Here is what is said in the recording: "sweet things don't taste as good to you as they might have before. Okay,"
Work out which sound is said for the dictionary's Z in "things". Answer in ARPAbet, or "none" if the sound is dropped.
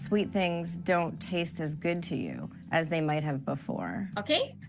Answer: Z